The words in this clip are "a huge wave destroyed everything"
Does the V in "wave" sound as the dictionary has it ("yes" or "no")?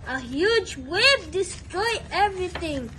no